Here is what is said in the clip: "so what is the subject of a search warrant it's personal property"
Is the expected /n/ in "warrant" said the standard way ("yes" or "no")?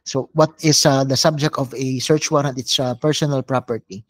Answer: no